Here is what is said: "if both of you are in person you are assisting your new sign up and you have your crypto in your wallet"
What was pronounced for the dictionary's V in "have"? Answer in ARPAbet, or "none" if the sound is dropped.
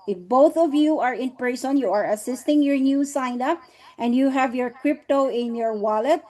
V